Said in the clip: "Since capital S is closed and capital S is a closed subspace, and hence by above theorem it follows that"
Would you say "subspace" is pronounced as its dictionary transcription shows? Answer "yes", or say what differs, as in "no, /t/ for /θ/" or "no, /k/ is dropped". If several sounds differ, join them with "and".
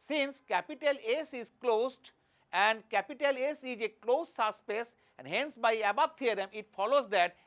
no, /b/ is dropped